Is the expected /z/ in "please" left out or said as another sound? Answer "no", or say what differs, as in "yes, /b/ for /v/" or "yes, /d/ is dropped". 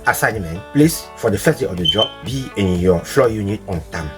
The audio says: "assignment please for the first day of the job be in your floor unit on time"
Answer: yes, /s/ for /z/